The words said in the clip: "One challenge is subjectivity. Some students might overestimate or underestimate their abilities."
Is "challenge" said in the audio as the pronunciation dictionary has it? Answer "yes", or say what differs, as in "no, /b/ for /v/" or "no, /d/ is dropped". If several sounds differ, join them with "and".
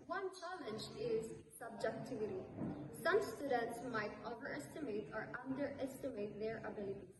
yes